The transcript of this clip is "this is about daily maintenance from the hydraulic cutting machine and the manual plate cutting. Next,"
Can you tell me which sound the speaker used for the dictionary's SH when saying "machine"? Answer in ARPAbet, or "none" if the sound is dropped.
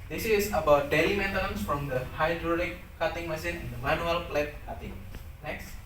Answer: S